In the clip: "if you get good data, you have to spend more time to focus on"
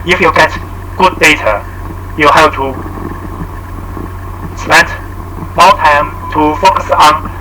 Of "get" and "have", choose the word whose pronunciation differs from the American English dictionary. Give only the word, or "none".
have